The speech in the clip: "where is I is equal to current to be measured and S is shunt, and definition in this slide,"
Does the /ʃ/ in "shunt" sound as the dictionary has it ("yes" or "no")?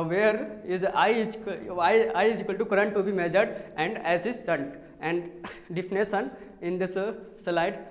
no